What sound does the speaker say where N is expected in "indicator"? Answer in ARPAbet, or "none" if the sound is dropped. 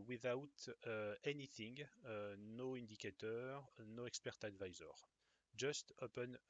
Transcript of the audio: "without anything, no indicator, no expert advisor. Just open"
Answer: none